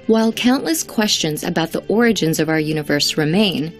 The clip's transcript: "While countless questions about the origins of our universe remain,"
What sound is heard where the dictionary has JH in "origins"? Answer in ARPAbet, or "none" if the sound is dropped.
JH